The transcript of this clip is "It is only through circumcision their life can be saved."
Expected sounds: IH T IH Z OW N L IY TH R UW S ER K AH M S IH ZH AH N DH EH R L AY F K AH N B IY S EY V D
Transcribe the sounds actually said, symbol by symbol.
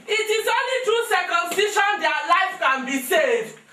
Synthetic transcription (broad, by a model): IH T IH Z OW N L IY T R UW S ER K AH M S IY SH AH N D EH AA L AY F K AH N B IY S EY V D